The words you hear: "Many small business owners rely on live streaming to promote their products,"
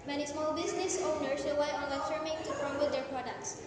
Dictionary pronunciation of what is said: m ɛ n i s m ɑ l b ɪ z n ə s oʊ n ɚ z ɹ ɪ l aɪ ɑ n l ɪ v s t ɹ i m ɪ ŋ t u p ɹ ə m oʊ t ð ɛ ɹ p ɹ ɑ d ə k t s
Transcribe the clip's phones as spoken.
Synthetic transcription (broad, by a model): m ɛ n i s m ɑ l b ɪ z n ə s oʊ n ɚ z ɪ w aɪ ɑ n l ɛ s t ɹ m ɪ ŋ t u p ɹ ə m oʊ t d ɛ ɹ p ɹ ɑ d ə k t s